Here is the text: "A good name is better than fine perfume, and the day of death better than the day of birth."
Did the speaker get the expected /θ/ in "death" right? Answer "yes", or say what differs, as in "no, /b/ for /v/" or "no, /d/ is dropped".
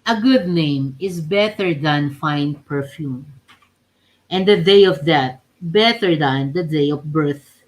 no, /t/ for /θ/